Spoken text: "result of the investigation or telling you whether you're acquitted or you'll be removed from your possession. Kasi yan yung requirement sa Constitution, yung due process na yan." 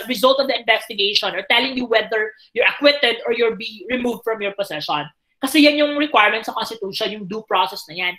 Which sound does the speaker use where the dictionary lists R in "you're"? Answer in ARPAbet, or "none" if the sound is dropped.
R